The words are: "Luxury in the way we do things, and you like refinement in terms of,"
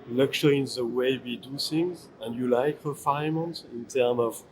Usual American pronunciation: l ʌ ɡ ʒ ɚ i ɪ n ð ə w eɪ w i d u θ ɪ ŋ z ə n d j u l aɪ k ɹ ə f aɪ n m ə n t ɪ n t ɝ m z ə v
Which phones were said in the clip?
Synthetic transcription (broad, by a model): l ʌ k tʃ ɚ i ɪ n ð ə w eɪ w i d u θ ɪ ŋ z ə n d j u l aɪ k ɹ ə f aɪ m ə n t ɪ n t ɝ m ə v